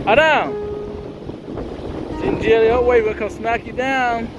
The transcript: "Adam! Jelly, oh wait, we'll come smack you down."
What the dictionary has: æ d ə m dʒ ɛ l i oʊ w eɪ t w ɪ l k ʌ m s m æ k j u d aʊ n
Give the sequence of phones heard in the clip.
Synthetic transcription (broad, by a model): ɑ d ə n dʒ ɛ l i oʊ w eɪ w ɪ n k ʌ m s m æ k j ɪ d aʊ n